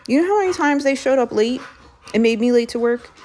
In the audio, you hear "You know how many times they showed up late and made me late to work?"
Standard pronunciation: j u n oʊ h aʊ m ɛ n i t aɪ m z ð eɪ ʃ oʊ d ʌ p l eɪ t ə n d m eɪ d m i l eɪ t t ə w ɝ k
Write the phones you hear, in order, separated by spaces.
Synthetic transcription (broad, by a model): j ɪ n oʊ h aʊ m ɛ n i t aɪ m z ð eɪ ʃ oʊ d ʌ p l eɪ t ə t m eɪ d m i l eɪ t t ə w ɝ k